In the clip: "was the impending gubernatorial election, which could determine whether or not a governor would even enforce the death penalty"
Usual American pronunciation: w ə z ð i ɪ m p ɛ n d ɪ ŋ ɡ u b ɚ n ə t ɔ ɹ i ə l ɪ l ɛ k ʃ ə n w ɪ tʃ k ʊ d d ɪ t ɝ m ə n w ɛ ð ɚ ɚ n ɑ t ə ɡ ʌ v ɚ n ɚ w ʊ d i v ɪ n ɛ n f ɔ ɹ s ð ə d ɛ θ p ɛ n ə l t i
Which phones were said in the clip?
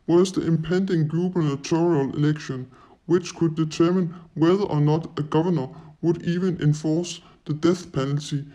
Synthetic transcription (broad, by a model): w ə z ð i ɪ m p ɛ n d ɪ ŋ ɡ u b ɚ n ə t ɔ ɹ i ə l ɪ l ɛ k ʃ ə n w ɪ tʃ k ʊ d d ɪ t ɝ m ə n w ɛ ð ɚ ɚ n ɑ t ə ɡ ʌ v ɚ n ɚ w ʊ d i v ɪ n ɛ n f ɔ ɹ s ð ə d ɛ θ p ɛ n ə l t i